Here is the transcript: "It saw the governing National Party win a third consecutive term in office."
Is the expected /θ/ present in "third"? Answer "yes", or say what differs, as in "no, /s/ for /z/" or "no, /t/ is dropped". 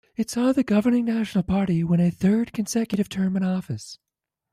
yes